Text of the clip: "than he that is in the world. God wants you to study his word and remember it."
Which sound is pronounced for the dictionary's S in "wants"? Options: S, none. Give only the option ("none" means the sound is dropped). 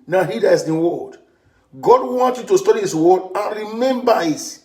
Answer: none